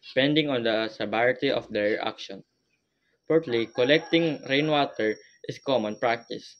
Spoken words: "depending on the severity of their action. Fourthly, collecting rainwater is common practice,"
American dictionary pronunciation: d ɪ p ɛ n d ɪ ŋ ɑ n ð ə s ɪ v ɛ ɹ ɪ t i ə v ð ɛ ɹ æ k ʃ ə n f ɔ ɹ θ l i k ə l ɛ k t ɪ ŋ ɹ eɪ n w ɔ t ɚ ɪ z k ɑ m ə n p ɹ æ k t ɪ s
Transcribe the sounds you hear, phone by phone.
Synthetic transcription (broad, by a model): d p ɛ n d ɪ ŋ ɑ n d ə s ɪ b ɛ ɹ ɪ t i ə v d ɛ ɹ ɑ k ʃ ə n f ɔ ɹ t l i k ə l ɛ k t ɪ ŋ ɹ eɪ n w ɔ t ɚ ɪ s k ɑ m ə n p ɹ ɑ k t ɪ s